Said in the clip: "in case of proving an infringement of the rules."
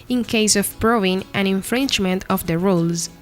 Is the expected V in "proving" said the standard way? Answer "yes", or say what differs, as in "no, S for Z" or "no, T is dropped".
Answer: no, V is dropped